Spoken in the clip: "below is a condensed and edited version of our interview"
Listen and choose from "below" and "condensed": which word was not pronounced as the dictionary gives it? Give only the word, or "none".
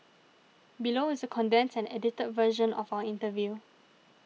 condensed